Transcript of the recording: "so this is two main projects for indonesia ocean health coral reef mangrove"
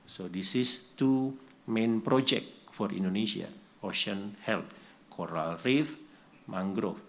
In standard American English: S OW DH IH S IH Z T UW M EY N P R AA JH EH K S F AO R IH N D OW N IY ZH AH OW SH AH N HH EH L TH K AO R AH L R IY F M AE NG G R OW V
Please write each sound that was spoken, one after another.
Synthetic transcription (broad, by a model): S OW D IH S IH S T UW M EY N P R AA JH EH K F AO R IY N D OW N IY S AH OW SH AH N HH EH L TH K AO R AH L R IY F M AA NG G R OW